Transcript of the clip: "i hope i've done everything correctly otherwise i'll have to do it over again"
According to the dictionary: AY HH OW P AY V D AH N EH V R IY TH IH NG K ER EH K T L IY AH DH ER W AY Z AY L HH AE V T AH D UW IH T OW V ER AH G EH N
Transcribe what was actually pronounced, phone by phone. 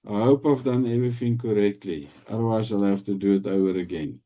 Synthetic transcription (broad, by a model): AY HH OW P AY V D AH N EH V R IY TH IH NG K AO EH K T L IY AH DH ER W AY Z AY L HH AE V T AH D UW IH T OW ER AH G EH N